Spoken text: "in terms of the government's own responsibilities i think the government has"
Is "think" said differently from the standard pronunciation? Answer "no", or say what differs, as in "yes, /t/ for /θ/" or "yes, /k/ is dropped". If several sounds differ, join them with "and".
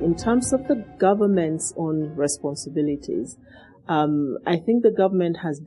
no